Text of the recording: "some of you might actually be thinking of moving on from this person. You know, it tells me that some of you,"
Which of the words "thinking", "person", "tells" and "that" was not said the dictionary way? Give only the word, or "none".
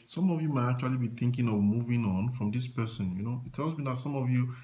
none